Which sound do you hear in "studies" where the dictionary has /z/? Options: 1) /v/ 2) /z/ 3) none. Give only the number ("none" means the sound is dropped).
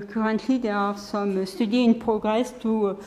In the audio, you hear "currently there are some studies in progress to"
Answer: 3